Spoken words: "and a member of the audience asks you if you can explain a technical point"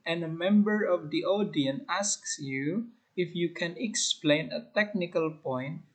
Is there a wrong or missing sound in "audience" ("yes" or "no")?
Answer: yes